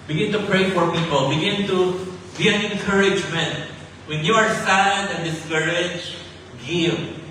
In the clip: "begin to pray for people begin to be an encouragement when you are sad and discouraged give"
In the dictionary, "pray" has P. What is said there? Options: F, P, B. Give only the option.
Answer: P